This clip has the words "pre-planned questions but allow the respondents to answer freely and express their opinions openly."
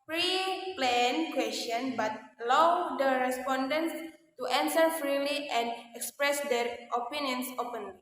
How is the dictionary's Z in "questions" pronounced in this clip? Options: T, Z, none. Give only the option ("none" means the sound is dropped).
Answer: none